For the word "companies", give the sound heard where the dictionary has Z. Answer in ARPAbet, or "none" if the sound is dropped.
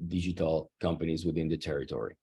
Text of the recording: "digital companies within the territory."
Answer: Z